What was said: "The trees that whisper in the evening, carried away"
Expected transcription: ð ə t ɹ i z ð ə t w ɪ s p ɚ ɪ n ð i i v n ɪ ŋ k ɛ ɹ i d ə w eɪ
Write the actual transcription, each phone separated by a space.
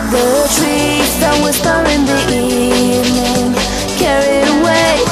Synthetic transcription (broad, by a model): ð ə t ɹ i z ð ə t w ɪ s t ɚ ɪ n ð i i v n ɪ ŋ k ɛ ɹ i ə w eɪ